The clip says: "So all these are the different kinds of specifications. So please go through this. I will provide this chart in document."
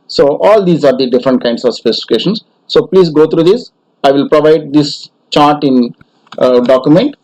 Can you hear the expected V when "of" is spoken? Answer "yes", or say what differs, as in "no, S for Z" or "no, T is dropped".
yes